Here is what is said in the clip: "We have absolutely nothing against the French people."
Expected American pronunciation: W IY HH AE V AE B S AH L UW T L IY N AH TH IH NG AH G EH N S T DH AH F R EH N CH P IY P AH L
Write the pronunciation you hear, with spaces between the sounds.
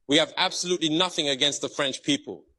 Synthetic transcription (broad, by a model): W IY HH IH V AE B S AH L UW T L IY N AH TH IH NG AH G EH N S T DH AH F R EH N CH P IY P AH L